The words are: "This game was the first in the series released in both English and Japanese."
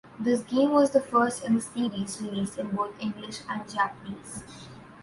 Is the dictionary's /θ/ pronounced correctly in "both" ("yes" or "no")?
no